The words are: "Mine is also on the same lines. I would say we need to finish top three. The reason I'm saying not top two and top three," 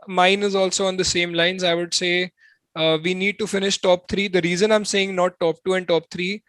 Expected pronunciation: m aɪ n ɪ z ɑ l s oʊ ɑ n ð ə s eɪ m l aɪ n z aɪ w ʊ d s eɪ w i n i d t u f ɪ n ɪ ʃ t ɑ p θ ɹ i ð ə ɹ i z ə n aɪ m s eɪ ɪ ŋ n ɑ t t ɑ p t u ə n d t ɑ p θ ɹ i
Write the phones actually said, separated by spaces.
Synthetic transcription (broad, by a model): m aɪ n ɪ z ɑ l s oʊ ɑ n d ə s eɪ m l aɪ n z aɪ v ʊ d s eɪ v i n i d t u f ɪ n ɪ ʃ t ɑ p t ɹ i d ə ɹ i z ə n aɪ m s eɪ ɪ ŋ n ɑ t t ɑ p t u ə n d t ɑ p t ɹ i